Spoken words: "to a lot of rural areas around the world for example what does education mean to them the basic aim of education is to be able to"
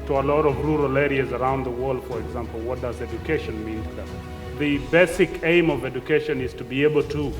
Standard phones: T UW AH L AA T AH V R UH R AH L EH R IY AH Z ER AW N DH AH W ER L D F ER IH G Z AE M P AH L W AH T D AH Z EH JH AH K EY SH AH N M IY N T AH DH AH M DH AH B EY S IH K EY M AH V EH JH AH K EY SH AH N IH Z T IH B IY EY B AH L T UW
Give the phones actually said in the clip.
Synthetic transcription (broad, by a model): T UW AH L AA T AH V R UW R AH L EH R IY AH Z ER AW N DH AH W ER L D F ER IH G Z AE M P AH L W AH T D AH Z EH JH AH K EY SH AH N M IY N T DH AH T DH AH B EY S IH K EY M AH V EH JH AH K EY SH AH N IH Z T IH B IY EY B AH L T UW